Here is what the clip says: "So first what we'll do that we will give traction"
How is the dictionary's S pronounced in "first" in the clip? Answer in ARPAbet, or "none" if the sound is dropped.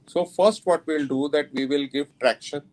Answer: S